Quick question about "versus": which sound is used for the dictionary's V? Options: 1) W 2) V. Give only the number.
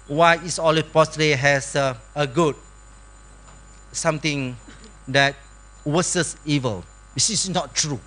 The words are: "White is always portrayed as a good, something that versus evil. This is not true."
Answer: 1